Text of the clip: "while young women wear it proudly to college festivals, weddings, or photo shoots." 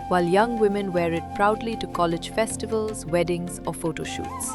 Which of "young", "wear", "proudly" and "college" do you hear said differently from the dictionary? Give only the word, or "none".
none